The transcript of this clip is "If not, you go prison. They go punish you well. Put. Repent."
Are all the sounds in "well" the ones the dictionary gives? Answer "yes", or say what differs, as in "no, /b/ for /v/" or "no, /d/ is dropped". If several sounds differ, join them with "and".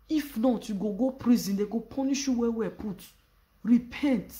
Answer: no, /w/ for /l/